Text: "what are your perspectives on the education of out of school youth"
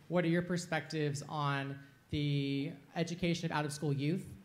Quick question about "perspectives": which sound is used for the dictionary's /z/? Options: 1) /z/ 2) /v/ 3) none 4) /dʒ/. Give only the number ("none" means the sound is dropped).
1